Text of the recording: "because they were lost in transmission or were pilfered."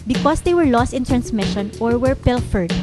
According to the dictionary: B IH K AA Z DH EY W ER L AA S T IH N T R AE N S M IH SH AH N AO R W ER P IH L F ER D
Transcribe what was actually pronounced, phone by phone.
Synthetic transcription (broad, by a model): B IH K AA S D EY W ER L AA S T IH N T R AE N S M IH SH AH N AO R W ER P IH L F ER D